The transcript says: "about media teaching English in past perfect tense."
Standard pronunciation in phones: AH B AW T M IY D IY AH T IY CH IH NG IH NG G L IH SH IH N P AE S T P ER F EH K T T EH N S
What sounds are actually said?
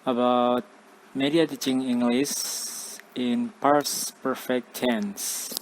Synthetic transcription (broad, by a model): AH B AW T M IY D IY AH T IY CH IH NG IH NG G L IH S IH N P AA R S P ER F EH K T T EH N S